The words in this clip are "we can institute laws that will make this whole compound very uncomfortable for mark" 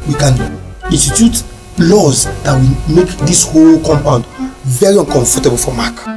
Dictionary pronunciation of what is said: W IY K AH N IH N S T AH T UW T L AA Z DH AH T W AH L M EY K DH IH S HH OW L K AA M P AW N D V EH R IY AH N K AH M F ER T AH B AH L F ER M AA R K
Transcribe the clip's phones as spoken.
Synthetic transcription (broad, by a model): W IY K AH N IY N S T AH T UW T L AA Z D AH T W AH M EY K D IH S HH OW L K AA M P AW N D V EH R IY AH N K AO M F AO T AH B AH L F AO M AA K